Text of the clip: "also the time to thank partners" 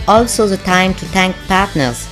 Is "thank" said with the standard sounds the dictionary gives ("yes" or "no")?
no